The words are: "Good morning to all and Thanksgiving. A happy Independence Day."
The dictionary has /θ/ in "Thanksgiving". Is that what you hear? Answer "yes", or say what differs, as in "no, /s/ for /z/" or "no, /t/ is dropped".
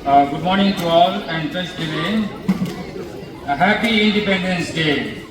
no, /t/ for /θ/